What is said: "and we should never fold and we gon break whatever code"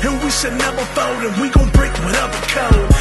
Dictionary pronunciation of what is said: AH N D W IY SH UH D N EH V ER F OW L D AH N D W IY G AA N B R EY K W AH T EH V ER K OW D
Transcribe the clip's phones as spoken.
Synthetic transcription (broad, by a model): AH N W IY S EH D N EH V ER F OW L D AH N W IY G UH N B R EY K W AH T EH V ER K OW